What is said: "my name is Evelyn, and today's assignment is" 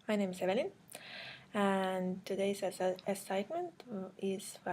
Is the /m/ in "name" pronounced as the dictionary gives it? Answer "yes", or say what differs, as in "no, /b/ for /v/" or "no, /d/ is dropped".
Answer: yes